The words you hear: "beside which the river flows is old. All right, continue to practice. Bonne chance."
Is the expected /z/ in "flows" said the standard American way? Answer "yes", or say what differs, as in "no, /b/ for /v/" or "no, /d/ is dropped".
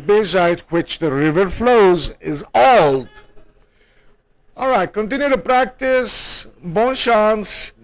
yes